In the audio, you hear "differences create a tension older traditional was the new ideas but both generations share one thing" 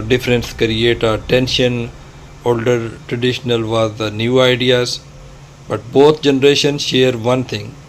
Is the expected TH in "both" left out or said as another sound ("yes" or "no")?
yes